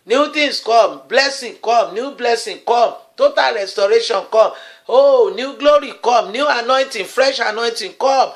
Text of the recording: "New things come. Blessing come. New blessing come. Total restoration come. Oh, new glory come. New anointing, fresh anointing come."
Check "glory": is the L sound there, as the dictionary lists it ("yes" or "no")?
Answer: yes